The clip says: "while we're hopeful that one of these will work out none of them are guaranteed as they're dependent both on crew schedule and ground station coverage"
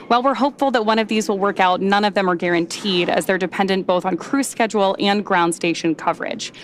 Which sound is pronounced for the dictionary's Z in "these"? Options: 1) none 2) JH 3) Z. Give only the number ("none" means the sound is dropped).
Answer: 3